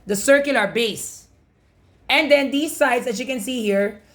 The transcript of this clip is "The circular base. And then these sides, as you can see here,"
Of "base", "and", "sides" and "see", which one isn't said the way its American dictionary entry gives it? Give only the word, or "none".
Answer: sides